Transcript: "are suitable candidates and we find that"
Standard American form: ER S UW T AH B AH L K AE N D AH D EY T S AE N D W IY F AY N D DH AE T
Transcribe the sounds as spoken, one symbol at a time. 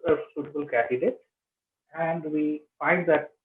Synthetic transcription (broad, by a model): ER S UW T AH B AH L K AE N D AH D EY T AE N D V IY F AY N D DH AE T